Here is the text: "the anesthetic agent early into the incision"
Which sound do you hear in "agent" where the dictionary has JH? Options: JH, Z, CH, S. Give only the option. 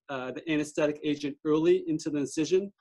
JH